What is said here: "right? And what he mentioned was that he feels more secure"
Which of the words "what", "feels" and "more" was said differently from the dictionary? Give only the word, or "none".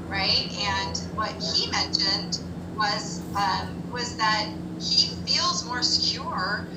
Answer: none